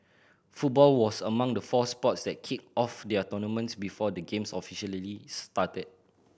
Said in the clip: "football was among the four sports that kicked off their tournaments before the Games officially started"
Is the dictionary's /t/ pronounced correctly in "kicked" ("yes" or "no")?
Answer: no